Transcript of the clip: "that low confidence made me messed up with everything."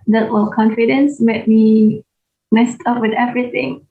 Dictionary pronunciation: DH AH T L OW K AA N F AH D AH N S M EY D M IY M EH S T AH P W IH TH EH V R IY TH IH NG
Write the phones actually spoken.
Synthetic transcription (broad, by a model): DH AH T W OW K AA N F AH D AH N S M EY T M IY M EH S T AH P W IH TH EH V R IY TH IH NG